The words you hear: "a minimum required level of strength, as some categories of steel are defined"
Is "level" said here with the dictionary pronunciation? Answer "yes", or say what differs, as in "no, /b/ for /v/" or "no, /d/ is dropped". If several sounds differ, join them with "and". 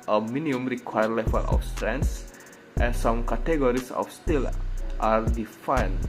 no, /f/ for /v/